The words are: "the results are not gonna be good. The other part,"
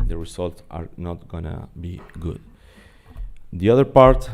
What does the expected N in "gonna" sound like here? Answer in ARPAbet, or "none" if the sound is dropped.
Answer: N